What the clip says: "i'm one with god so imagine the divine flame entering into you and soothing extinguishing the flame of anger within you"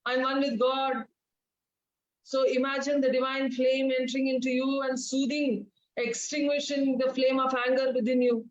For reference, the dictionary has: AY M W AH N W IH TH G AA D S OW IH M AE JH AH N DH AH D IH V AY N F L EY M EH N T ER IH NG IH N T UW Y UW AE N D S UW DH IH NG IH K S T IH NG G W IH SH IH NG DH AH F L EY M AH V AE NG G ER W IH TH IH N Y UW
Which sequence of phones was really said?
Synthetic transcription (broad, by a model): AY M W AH N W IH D G AA D S OW IH M AE JH AH N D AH D IH V AY N F L EY M EH N T ER IH NG IH N T UW Y UW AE N D S UW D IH NG IH K S T IH NG G W IH SH IH NG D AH F L EY M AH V AE NG G ER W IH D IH N Y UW